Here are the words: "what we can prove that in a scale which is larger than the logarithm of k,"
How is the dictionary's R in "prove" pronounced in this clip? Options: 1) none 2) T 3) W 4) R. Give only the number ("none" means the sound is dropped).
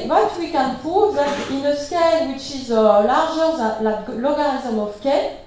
1